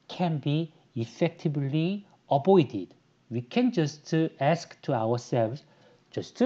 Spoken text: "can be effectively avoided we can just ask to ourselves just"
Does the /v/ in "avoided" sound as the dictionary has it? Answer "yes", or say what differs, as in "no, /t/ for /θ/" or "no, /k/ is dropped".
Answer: no, /b/ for /v/